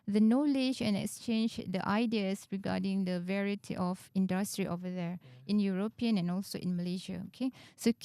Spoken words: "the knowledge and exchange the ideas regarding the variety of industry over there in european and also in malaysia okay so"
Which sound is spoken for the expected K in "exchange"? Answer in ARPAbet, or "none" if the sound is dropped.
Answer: K